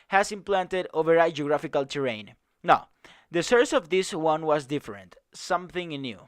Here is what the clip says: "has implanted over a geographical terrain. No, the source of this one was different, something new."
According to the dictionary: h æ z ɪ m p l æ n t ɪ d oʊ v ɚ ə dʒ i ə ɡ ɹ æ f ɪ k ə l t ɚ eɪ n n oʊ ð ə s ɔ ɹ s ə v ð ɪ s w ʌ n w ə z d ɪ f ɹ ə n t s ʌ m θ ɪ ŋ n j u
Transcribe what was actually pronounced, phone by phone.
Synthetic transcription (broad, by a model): h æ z ɪ m p l æ n t ɪ d oʊ v ɚ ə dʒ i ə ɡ ɹ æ f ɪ k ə l t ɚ eɪ n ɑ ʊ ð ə s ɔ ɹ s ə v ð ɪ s w ʌ n w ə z d ɪ f ɹ ə n t s ʌ m θ ɪ ŋ n j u